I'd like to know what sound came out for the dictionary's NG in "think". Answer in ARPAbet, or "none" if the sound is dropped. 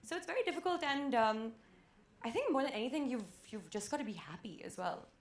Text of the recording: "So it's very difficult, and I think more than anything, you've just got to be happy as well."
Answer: NG